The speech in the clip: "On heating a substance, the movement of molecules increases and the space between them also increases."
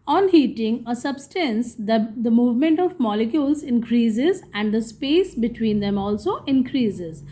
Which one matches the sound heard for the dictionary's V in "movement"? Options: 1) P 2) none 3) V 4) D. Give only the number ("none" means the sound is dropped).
3